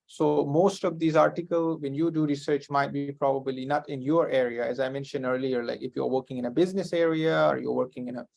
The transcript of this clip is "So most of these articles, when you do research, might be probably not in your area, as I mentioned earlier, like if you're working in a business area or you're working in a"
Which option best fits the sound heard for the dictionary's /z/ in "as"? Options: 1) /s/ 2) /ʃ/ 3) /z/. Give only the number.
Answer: 3